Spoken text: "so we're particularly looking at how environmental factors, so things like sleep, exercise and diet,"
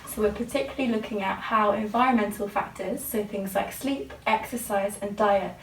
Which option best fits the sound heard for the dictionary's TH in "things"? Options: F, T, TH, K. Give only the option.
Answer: TH